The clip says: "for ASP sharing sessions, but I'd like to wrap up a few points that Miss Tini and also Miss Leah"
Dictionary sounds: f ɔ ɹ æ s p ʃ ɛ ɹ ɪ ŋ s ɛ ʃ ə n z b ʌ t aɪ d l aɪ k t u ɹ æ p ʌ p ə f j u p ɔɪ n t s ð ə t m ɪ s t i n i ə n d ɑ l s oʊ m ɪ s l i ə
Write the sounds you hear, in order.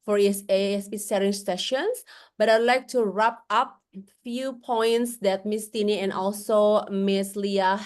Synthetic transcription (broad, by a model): f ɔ ɹ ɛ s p s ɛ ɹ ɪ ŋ s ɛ ʃ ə n s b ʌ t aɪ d l aɪ k t u ɹ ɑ p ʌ p f j u p ɔɪ n t s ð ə t m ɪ s t i n i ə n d ɑ l s oʊ m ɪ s l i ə